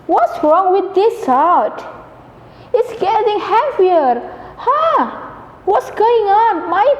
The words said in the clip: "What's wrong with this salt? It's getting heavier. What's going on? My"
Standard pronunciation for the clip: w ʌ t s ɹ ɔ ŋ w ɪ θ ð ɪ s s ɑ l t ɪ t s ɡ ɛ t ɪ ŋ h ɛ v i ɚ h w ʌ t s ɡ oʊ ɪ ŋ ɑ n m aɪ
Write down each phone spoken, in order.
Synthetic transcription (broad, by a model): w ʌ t s ɹ ɔ ŋ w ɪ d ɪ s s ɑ t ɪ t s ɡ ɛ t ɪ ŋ h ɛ f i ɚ h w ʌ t s ɡ oʊ ɪ ŋ ɑ n m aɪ